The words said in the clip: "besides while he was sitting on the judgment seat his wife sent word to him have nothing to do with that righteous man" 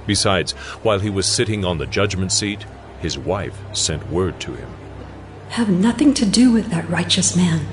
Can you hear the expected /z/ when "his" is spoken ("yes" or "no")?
yes